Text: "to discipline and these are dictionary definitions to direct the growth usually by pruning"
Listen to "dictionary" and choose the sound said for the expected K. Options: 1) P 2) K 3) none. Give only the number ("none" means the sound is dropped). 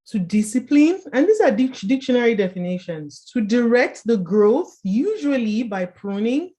2